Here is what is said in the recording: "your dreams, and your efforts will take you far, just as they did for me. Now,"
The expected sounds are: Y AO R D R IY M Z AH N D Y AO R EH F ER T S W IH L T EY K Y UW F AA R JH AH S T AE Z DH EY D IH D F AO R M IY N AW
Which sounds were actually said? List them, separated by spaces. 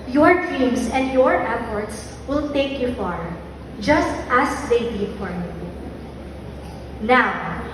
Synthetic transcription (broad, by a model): Y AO R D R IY M S AH N D Y AO R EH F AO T S W IH L T EY K Y UW F AA R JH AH S T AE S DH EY D IH D F AO R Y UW N AW